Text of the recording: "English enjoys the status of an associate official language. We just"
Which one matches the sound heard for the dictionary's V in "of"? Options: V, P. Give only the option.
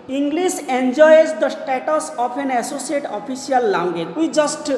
P